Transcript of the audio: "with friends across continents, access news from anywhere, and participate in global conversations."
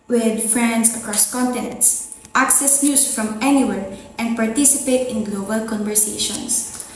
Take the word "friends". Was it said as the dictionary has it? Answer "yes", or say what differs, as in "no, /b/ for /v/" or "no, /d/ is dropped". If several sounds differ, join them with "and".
no, /s/ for /z/